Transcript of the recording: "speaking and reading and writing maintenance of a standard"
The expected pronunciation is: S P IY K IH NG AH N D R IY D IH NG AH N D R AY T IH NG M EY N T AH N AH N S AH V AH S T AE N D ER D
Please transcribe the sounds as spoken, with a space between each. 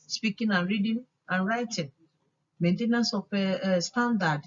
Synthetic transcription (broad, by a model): S P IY K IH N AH N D R IY D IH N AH N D R AY T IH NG M EY N T AH N AH N S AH F AH S T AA N D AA D